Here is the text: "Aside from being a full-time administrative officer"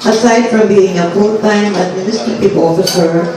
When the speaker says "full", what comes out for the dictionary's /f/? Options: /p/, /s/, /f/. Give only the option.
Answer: /p/